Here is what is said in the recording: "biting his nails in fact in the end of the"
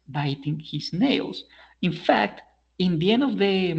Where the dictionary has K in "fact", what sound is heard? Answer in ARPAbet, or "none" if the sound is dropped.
K